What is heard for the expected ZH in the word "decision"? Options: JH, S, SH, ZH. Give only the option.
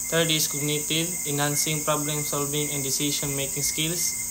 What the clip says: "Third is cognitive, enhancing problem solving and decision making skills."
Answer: SH